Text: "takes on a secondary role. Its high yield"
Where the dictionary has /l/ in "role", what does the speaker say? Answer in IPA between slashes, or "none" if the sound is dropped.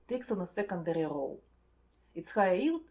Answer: /w/